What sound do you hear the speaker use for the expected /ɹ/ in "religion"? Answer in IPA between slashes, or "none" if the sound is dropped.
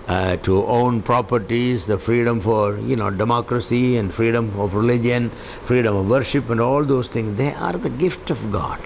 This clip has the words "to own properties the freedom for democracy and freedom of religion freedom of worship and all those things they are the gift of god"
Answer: /ɹ/